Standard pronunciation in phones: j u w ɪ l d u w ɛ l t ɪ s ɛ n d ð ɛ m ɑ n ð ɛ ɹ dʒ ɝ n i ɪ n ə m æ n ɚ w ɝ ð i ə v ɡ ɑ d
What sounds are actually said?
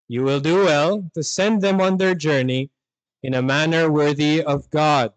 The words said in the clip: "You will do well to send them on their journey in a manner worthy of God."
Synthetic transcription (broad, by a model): j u w ɪ l d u w ɛ l t ɪ s ɛ n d ð ɛ m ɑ n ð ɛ ɹ dʒ ɝ n i ɪ n ə m æ n ɚ w ɝ ð i ə v ɡ ɑ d